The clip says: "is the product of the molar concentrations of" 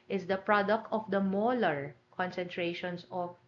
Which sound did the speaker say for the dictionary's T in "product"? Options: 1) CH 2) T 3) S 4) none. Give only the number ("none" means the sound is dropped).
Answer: 2